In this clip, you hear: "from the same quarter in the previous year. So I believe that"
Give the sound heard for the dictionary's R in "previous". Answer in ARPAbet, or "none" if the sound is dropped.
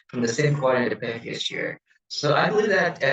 none